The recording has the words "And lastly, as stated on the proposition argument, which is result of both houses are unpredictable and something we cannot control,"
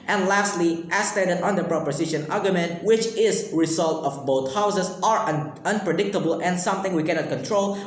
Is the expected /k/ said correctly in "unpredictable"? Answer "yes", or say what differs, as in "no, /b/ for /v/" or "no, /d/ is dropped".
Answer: yes